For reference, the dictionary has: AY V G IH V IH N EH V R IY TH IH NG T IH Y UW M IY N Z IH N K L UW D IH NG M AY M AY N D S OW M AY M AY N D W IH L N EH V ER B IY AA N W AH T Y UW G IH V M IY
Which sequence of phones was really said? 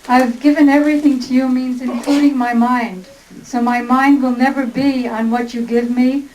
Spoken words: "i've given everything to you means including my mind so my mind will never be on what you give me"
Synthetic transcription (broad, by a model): AY V G IH V IH N EH V R IY TH IH NG T IH Y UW M IY N Z IH N K L UW D IH NG M AY M AY N D S OW M AY M AY N D W IH L N EH V ER B IY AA N W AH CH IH G IH V M IY